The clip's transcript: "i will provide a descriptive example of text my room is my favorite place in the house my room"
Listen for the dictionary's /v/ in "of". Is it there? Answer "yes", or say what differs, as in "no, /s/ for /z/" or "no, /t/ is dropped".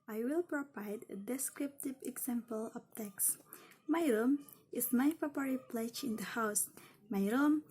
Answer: no, /p/ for /v/